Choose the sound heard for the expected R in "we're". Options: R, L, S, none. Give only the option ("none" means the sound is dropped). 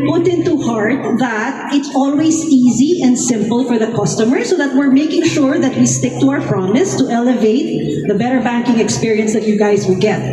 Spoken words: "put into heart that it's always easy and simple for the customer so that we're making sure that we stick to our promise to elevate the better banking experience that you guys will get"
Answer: R